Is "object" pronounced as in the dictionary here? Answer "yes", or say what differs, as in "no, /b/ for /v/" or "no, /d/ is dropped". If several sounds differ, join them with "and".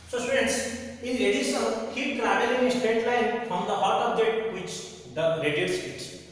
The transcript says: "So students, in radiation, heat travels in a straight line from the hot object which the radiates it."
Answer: no, /k/ is dropped